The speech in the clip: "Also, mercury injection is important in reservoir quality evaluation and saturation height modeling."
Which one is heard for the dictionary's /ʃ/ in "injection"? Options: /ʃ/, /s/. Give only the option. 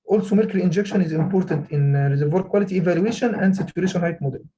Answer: /ʃ/